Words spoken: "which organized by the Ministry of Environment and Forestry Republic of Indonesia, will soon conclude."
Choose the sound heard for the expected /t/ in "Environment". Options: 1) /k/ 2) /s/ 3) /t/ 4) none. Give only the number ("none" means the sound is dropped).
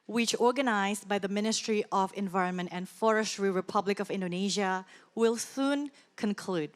3